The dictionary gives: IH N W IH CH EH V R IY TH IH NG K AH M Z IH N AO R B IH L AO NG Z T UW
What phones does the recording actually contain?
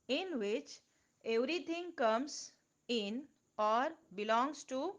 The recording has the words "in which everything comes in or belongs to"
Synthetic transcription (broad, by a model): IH N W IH CH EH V R IY T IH NG K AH M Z IH N AO R B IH L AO NG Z T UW